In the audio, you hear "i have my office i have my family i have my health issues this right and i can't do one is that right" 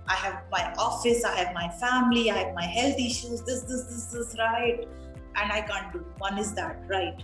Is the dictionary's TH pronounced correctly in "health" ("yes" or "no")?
no